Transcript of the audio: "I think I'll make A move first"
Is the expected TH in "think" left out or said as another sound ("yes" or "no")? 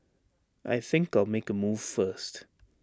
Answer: no